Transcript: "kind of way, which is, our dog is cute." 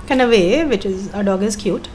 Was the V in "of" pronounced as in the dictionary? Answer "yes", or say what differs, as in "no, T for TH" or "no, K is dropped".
yes